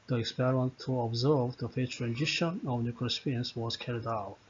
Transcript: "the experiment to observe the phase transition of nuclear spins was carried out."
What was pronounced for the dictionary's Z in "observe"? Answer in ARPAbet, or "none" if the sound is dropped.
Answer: Z